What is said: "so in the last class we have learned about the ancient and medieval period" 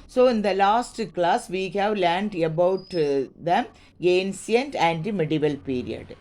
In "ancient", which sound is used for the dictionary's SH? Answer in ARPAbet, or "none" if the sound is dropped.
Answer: S